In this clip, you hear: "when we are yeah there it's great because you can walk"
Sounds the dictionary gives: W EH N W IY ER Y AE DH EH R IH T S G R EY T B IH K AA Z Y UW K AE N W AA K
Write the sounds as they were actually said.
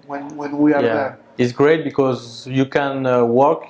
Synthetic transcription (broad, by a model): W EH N W IY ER Y AE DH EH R IH T S G R EY T B IH K AA Z Y UW K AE N W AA K